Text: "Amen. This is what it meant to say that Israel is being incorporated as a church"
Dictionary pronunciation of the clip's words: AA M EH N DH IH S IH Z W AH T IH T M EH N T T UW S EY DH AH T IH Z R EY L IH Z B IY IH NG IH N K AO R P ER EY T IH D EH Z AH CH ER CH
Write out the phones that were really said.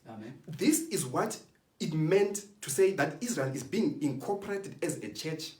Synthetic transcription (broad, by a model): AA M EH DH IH S IH Z W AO T IH T M EH N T T UW S EY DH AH T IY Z R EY L IH Z B IY IH NG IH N K AO P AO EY T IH D EH Z AH CH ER CH